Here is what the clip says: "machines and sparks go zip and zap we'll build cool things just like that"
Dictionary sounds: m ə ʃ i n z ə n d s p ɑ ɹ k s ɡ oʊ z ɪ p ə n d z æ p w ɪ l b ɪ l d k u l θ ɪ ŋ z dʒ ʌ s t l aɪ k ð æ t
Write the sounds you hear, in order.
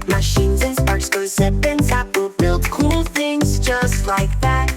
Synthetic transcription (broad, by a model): m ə ʃ i n z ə n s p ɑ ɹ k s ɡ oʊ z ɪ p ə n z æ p w ɪ l b ɪ l d k u l θ ɪ ŋ z dʒ ʌ s t l aɪ k ð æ t